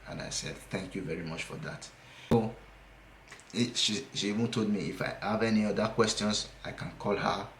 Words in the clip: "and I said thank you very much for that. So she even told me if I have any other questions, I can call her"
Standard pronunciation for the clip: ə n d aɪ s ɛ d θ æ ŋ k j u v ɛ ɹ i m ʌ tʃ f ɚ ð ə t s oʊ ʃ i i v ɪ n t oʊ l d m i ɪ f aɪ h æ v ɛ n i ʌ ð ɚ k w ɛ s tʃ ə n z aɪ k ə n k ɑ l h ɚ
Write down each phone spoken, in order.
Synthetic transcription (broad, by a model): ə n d aɪ s ɛ d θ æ ŋ k j u v ɛ ɹ i m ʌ tʃ f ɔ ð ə t ʃ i ʃ i i v ɪ n t oʊ l d m i ɪ f aɪ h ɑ v ɛ n i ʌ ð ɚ k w ɛ s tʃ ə n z aɪ k ə n k ɑ l h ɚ